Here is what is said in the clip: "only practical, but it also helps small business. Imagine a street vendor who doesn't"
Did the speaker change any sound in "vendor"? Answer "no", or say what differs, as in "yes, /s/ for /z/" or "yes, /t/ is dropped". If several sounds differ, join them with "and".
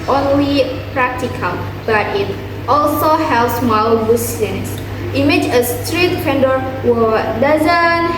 yes, /f/ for /v/